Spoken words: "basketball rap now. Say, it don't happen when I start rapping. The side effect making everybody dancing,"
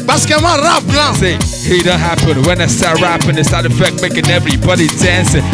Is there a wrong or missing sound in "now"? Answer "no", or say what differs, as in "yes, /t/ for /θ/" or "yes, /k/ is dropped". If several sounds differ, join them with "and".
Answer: yes, /l/ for /n/